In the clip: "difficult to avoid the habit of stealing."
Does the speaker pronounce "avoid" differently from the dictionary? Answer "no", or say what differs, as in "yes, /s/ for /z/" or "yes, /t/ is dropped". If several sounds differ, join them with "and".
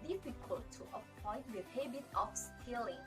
yes, /p/ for /v/